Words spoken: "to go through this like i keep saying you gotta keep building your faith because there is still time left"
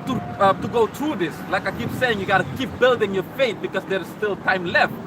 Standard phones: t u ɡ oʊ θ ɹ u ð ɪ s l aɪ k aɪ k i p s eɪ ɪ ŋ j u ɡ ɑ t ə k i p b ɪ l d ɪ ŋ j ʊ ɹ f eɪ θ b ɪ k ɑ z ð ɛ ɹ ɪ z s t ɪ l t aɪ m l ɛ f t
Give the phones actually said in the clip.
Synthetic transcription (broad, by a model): t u ɡ oʊ t ɹ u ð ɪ s l aɪ k aɪ k i p s eɪ ɪ ŋ j u ɡ ɑ t ə k i p b ɪ l d ɪ ŋ j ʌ ɹ f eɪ t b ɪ k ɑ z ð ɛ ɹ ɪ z s t ɪ l t aɪ m l ɛ f t